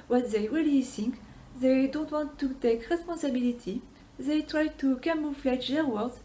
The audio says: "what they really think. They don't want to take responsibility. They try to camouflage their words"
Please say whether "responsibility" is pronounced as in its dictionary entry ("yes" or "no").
no